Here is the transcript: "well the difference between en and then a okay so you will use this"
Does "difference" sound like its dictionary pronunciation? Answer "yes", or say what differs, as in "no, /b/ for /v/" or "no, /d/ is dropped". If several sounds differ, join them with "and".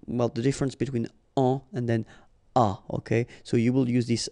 yes